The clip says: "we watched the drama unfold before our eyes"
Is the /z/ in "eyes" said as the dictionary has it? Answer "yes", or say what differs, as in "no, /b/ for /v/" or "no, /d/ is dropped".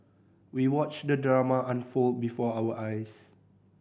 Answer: no, /s/ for /z/